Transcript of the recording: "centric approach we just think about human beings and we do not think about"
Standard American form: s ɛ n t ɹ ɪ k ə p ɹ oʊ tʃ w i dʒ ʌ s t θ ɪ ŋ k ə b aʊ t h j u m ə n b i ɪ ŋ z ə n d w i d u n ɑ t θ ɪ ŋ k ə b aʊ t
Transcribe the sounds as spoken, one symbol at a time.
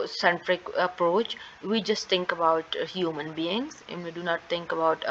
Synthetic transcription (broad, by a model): s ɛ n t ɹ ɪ k ə p ɹ oʊ tʃ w i dʒ ʌ s t t ɪ ŋ k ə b aʊ t h j u m ə n b i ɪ ŋ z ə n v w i d u n ɑ t t ɪ ŋ k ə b aʊ t